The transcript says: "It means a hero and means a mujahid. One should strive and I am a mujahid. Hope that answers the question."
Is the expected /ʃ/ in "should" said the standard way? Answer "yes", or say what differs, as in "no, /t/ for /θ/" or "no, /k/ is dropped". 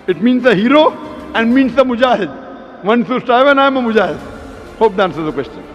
no, /s/ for /ʃ/